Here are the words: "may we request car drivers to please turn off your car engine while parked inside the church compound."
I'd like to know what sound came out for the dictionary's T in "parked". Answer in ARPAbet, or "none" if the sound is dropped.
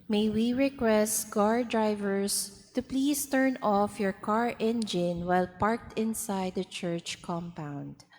T